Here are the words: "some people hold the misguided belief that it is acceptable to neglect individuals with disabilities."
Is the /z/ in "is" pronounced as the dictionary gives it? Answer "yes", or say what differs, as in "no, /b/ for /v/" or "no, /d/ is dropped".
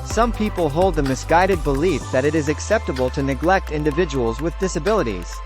yes